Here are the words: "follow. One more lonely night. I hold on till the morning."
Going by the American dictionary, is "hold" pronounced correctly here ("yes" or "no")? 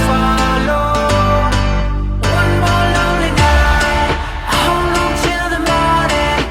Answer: no